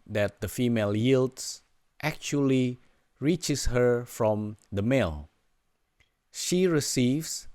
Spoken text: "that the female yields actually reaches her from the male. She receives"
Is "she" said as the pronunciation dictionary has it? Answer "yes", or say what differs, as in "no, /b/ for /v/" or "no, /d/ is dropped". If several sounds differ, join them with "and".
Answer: yes